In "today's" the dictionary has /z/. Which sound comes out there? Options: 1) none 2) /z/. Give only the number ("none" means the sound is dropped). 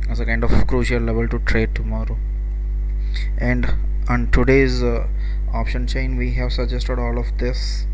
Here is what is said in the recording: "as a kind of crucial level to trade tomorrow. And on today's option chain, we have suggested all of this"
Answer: 2